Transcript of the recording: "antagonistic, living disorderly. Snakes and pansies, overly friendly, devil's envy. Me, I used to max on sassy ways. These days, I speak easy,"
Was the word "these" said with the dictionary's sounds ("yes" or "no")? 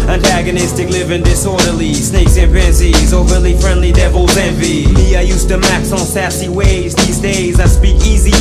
yes